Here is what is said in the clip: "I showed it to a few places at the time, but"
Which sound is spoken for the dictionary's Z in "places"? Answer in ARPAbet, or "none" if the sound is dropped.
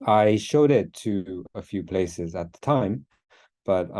Z